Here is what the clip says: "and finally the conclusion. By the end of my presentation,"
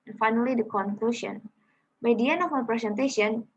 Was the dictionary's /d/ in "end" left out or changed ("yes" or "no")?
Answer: yes